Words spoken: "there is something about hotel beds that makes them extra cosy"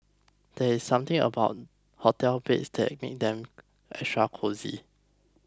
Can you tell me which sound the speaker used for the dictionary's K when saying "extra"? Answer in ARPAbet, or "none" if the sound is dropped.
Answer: none